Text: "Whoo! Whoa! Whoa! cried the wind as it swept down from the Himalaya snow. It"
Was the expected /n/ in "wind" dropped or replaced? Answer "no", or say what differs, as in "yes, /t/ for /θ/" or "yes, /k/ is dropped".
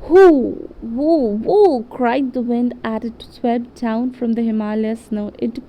no